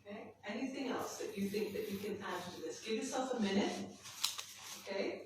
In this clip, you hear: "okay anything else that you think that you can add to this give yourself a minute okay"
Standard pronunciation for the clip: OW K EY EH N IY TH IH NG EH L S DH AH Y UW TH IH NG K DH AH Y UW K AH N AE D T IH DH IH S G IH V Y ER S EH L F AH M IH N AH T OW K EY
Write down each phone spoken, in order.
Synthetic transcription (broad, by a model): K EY EH N IY TH IH NG EH L S DH AH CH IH TH IH NG K DH AH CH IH K AH N AE D T IH DH IH S G IH V Y ER S EH L F AH M IH N AH T OW K EY